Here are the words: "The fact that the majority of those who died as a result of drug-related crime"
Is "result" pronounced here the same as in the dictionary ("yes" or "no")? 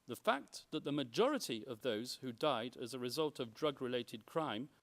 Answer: yes